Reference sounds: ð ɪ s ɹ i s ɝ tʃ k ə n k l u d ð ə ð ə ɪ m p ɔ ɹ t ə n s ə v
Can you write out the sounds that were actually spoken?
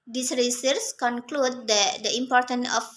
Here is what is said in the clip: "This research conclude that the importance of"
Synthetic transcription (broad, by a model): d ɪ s ɹ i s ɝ s k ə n k l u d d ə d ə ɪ m p ɔ ɹ t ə n ə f